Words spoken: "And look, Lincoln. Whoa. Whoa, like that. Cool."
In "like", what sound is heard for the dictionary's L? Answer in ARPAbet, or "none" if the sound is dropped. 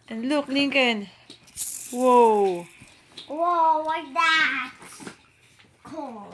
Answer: W